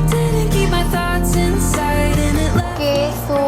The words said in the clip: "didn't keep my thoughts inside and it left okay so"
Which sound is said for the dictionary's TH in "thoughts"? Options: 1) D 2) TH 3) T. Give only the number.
2